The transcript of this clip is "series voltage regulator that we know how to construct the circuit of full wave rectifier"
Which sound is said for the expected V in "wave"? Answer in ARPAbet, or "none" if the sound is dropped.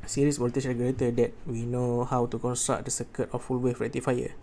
F